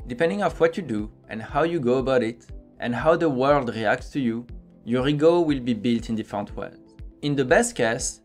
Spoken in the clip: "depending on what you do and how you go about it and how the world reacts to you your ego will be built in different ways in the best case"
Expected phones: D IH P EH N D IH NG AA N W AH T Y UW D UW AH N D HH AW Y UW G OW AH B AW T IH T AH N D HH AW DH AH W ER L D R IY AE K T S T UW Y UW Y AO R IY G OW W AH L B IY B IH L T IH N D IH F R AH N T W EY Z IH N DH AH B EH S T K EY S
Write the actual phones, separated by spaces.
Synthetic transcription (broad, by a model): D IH P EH N D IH NG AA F W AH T Y UW D UW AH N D HH AW Y UW G OW AH B AW T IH T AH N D HH AW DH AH W ER L D R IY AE K T S T UW Y UW Y AO R IY G OW W AH L B IY B IH L T IH N D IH F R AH N T W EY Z IH N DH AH B EH S T K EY S